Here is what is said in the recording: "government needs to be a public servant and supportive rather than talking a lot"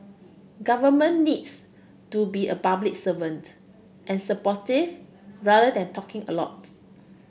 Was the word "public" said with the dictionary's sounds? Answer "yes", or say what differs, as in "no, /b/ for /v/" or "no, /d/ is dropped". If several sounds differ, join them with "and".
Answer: no, /b/ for /p/